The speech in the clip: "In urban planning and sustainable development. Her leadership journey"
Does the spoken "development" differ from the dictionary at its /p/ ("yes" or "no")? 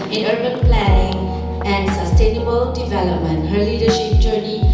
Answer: no